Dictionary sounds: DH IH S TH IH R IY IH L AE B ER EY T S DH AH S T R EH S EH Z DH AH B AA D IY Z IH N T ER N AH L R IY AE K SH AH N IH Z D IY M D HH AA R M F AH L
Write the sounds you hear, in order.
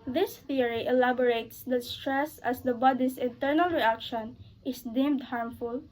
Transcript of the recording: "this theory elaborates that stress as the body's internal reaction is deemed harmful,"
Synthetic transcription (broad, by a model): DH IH S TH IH R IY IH L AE B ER EY T S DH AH S T R EH S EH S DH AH B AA D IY S IH N T ER N AH L R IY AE K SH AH N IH S D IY M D HH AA R M F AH L